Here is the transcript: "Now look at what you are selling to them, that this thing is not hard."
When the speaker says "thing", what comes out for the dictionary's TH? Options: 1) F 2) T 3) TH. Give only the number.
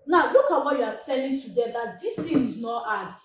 2